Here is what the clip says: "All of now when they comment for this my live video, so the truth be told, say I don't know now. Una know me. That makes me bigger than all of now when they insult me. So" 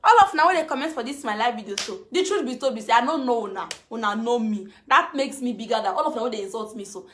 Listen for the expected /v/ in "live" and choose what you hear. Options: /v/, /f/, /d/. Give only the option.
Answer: /f/